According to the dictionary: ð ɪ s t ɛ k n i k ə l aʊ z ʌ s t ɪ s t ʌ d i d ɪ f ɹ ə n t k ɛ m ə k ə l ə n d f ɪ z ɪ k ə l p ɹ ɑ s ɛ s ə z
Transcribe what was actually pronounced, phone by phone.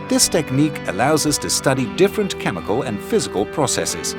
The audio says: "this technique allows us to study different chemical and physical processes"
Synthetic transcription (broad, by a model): ð ɪ s t ɛ k n i k ə l aʊ z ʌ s t ɪ s t ʌ d i d ɪ f ɹ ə n k ɛ m ə k ə l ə n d f ɪ z ɪ k ə l p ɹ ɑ s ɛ s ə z